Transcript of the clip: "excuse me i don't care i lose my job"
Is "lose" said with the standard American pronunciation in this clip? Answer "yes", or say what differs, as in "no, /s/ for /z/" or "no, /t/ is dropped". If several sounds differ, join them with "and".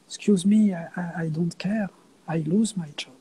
yes